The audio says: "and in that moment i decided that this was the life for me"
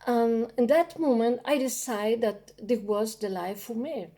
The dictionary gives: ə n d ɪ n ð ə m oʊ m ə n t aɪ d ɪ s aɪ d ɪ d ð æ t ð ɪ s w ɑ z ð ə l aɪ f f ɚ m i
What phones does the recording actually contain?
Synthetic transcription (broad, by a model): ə n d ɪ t m oʊ m ə n t aɪ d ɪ s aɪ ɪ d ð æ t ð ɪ w ɑ z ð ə l aɪ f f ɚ m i